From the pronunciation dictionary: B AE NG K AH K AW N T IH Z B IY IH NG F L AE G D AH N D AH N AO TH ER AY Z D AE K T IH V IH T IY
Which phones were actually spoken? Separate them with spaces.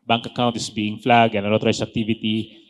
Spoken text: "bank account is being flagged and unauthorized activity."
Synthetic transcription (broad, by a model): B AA NG K AH K AW N T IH S B IY IH NG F L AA G AH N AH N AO T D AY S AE K T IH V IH T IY